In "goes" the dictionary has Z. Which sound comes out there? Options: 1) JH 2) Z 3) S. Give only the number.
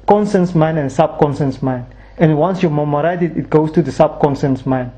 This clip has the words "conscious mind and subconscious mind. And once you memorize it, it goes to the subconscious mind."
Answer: 3